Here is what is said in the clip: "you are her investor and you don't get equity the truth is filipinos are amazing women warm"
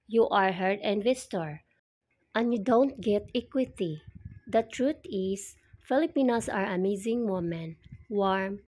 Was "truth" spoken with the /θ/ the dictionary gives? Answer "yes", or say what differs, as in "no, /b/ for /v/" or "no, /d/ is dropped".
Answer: no, /t/ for /θ/